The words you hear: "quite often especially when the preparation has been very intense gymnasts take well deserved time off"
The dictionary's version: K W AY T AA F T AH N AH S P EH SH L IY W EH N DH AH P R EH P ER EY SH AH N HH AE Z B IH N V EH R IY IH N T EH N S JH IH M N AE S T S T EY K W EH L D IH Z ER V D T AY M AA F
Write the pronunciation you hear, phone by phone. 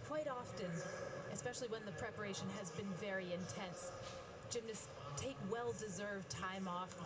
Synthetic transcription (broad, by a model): K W AY T AA F T AH N AH S P EH SH L IY W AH N DH AH P R EH P ER EY SH AH N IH Z B IH N V EH R IY IH N T EH N S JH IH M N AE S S T EY K W EH L D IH Z ER V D T AY M AA F